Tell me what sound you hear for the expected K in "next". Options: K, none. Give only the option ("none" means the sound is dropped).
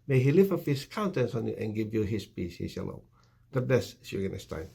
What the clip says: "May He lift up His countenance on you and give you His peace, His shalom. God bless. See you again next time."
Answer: none